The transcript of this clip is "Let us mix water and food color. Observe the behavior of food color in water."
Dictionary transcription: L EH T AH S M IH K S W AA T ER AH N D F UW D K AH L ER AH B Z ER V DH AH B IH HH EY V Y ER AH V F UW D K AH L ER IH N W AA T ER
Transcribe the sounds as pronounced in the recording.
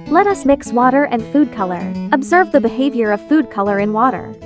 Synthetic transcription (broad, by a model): L EH T AH S M IH K S W AA T ER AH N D F UW D K AH L ER AH B Z ER V DH AH B IH HH EY V Y ER AH V F UW D K AH L ER IH N W AA T ER